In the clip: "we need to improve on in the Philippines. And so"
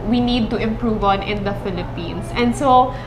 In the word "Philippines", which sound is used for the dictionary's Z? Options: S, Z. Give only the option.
S